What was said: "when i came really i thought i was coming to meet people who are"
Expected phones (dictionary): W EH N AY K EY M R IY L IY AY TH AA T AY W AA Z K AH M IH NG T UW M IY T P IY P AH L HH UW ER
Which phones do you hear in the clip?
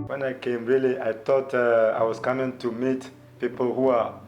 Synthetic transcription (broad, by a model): W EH N AY K EY M R IY L IY AY T AA T AY W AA S K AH M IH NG T UW M IY T P IY P AH L HH UW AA